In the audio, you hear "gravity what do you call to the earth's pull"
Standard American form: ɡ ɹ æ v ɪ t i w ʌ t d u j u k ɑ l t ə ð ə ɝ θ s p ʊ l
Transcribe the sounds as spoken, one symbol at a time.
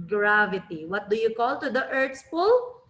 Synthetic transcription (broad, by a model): ɡ ɹ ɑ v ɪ t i w ʌ t d u j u k ɑ l t ə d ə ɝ t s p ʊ l